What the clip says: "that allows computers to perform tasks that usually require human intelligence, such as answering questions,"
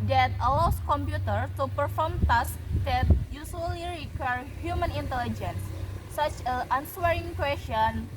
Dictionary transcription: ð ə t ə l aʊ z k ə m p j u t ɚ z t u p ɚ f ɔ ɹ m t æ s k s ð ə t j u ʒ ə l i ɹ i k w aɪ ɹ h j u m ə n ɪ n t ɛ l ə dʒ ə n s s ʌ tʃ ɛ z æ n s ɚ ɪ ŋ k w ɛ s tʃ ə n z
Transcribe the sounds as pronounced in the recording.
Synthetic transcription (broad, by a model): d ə t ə l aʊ s k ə m p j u t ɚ t u p ɚ f ɔ ɹ m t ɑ s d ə t j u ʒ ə l i ɹ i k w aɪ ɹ h j u m ə n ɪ n t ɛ l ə dʒ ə n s s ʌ tʃ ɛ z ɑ n s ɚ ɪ ŋ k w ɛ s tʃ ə n